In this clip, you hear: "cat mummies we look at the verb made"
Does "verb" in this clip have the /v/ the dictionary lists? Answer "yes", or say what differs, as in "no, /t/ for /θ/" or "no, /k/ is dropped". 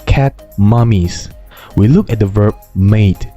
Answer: yes